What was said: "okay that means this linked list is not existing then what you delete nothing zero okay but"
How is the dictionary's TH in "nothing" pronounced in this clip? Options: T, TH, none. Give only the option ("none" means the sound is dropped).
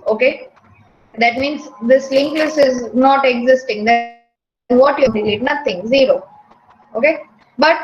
T